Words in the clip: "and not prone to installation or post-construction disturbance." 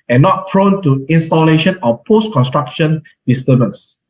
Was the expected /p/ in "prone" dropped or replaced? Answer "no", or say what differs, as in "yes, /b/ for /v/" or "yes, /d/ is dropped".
yes, /f/ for /p/